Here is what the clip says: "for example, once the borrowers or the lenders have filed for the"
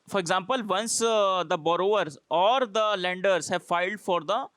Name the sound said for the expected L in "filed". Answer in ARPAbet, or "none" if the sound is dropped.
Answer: L